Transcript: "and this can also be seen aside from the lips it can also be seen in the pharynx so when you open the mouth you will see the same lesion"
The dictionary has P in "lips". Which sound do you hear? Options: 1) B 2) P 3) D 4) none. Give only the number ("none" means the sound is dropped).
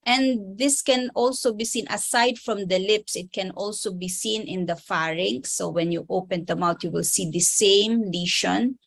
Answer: 2